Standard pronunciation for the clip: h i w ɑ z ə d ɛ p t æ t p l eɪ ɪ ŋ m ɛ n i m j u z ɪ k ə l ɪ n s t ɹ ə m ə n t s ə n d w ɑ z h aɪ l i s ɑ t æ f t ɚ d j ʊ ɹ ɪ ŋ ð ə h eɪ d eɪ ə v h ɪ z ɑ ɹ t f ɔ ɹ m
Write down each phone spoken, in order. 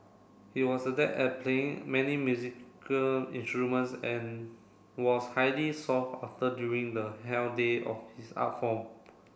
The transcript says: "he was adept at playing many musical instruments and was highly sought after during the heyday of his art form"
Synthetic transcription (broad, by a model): h i w ɑ s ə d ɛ t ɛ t p l eɪ ɪ ŋ m ɛ n i m j u z ɪ k ə l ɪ n s t ɹ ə m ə n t s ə n w ɑ s h aɪ l i s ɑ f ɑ f t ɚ d j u ɹ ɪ ŋ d ə h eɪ d eɪ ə f h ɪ s ɑ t f ɔ m